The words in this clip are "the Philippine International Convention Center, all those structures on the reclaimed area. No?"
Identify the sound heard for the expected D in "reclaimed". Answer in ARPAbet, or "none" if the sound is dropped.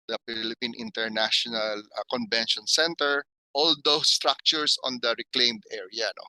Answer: D